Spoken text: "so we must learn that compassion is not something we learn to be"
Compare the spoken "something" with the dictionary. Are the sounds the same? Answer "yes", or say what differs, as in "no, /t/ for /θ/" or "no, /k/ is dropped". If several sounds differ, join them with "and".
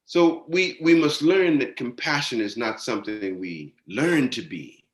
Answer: yes